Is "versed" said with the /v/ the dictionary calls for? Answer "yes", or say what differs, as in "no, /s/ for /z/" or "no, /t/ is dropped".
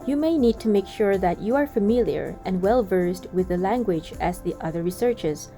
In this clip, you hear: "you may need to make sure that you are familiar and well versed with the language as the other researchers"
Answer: yes